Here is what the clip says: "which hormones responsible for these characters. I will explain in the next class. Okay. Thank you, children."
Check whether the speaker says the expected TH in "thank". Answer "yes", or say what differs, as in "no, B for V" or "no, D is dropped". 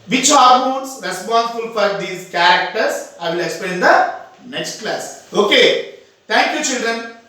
no, T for TH